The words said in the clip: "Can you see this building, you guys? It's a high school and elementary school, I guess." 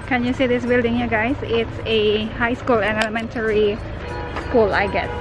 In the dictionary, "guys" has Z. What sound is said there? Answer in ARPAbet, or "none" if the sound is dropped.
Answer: S